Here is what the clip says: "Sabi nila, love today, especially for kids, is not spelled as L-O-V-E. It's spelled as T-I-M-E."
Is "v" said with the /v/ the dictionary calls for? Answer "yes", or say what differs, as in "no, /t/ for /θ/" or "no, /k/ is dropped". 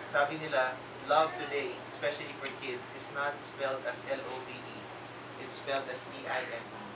no, /b/ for /v/